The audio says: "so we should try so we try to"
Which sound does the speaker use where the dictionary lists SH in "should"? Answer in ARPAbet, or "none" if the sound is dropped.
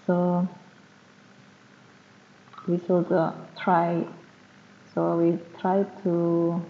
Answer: S